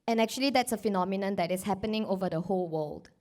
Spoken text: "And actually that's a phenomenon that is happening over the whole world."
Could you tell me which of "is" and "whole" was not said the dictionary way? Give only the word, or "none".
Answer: is